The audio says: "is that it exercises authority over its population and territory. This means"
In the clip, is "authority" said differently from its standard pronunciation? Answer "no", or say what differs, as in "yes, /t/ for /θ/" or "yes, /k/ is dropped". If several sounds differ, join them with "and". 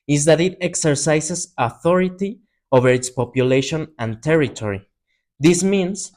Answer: no